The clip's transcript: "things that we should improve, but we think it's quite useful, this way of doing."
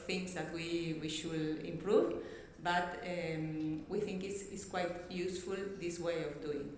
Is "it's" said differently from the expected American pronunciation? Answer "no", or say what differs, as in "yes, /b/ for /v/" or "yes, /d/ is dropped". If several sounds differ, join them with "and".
yes, /s/ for /t/